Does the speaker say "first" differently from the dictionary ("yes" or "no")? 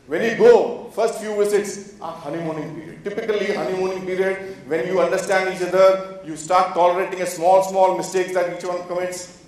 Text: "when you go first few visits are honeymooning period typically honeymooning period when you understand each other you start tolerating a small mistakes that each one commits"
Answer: no